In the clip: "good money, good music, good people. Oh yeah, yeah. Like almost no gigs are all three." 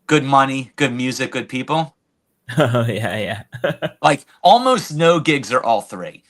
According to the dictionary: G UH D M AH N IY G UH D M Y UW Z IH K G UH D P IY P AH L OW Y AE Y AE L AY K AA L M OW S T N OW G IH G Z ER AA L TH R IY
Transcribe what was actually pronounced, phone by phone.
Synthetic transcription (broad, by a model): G UH D M AH N IY G UH D M Y UW Z IH K G UH D P IY P L OW Y AE Y AE L AY K AA L M OW S T N OW G IH G Z ER AA L TH R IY